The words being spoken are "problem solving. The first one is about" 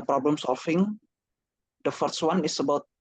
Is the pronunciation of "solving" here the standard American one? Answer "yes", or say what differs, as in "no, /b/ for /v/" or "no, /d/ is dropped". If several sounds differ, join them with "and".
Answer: no, /f/ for /v/